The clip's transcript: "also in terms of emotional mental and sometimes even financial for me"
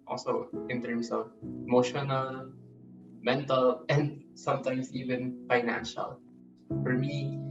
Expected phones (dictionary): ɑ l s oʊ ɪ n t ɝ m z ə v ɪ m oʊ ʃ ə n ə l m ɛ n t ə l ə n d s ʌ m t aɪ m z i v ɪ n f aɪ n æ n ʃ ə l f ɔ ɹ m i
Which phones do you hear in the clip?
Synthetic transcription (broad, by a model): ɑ l s oʊ ɪ n t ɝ m s ə v ɪ m oʊ ʃ ə n ə l m ɛ n t ə l ə n d s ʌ m t aɪ m s i v ɪ n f aɪ n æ n ʃ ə l f ɔ ɹ m i